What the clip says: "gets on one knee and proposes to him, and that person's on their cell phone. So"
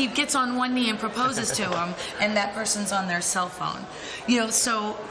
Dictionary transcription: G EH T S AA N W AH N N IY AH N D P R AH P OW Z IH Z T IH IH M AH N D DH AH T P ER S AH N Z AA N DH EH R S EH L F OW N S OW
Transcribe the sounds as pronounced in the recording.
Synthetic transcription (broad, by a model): G EH T S N W AH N N IY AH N P R AH P OW Z IH Z T IH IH M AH N DH AH T P ER S AH N Z N DH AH R S EH L F OW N S OW